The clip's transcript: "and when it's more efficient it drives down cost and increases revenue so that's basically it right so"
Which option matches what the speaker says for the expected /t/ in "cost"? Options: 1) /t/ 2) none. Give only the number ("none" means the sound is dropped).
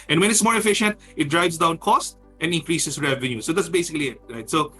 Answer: 1